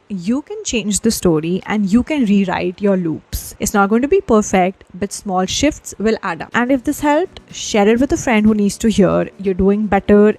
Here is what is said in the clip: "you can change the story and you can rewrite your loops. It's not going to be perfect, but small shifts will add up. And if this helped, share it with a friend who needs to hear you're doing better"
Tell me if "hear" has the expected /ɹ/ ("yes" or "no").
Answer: yes